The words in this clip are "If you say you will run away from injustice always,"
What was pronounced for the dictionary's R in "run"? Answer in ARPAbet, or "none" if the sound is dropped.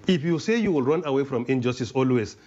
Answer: R